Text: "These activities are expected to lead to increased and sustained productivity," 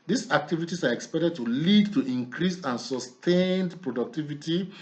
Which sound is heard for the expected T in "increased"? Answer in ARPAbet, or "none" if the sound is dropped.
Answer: none